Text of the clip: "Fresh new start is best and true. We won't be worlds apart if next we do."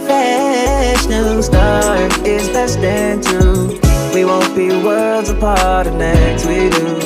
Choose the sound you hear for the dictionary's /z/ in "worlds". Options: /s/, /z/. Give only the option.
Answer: /z/